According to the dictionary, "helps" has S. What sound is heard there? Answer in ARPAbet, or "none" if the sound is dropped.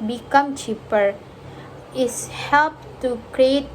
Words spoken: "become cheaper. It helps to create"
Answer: none